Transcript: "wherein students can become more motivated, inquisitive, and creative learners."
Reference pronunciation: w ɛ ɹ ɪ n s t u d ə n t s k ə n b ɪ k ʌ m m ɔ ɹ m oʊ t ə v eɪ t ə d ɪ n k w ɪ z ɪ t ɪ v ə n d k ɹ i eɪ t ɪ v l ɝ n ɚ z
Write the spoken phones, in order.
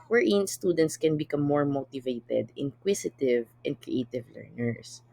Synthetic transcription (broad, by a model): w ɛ ɹ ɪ n s t u d ə n t s k ə n b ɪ k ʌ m m ɔ ɹ m oʊ t ə v eɪ t ə d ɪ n k w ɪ s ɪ t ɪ v ə n d k ɹ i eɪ t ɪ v l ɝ n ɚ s